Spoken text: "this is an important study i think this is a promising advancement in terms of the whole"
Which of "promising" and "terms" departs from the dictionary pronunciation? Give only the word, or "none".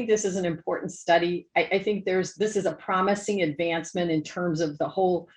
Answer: none